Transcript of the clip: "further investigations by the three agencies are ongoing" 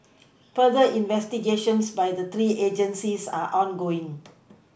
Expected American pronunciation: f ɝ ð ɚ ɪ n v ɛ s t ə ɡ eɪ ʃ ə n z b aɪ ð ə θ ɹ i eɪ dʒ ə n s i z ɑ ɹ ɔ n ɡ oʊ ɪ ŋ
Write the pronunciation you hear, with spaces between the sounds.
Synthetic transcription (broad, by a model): f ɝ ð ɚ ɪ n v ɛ s t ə ɡ eɪ ʃ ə n s b aɪ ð ə t ɹ i eɪ dʒ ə n s i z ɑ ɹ ɔ n ɡ oʊ ɪ ŋ